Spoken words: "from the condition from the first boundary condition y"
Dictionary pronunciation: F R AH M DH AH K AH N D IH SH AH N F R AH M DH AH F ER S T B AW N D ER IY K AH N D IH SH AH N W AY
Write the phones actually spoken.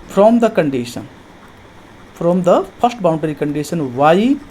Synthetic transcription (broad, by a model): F R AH M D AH K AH N D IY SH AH N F R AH M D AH P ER S T B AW N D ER IY K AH N D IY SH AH N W AY